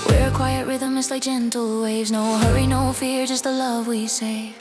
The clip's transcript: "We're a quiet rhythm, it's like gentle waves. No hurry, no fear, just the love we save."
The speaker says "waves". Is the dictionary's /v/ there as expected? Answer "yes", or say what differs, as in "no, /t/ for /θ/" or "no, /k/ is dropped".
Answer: yes